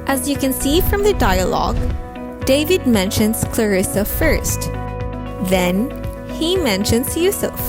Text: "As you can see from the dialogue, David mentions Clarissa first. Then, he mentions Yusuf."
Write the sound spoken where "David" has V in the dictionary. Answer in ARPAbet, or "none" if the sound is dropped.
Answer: V